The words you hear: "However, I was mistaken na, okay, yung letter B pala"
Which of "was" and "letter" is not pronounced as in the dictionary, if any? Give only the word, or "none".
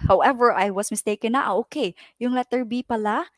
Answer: was